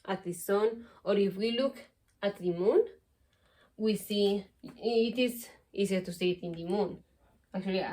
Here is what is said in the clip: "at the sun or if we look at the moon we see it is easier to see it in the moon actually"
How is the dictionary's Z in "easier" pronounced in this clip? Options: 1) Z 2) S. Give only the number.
2